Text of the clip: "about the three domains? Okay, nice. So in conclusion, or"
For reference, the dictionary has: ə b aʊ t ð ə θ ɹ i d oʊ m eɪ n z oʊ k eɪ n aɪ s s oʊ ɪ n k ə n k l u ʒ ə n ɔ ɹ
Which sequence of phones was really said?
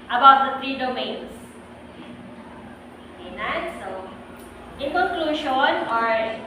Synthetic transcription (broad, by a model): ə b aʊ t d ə t ɹ i d oʊ m eɪ n s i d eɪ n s s oʊ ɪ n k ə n k l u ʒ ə n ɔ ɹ